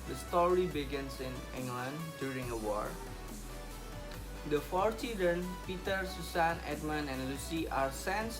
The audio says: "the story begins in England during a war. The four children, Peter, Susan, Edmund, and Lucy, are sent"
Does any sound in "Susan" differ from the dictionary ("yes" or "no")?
yes